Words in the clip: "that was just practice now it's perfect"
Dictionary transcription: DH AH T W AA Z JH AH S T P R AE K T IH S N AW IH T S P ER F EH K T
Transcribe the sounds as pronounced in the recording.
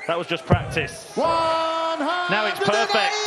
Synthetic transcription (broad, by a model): DH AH T W AA Z JH AH S P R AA K T IH S N AW IH T S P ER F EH K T